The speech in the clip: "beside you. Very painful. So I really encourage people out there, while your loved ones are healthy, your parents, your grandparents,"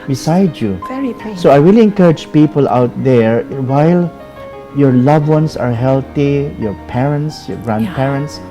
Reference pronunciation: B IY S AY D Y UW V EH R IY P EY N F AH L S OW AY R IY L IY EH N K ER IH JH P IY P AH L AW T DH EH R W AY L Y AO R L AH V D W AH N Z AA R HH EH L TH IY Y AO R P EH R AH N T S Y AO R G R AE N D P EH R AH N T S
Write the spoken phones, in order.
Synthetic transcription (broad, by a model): B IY S AY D Y UW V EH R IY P S OW AY R IY L IY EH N K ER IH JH P IY P AH L AW T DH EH R W AY L Y AO R L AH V W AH N S AA R HH EH L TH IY Y AO R P EH R AH N T S Y AO R G R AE N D P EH R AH N T S